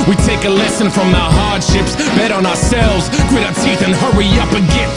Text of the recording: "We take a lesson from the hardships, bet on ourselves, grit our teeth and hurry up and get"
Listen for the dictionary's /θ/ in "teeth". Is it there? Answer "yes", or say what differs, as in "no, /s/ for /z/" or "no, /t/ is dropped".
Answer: yes